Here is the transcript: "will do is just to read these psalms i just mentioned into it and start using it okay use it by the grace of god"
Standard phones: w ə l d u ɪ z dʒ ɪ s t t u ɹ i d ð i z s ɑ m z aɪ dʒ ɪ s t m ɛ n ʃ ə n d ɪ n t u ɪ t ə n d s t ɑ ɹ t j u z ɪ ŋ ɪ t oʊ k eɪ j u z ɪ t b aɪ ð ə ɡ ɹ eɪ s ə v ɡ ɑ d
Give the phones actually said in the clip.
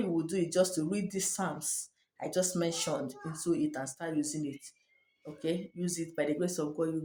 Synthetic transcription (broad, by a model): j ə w d u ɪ dʒ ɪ s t t u ɹ i d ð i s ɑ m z aɪ dʒ ɪ s t m ɛ n ʃ ə n d ɪ n t u ɪ t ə n s t ɑ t j u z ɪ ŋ ɪ t oʊ k eɪ j u z ɪ t b aɪ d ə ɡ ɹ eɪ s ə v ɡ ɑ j